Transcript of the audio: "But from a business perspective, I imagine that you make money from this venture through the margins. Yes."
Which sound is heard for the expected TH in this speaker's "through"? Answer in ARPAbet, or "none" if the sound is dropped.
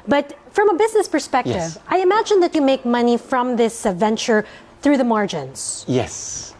TH